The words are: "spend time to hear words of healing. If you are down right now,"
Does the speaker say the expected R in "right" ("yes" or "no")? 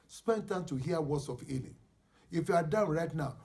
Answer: yes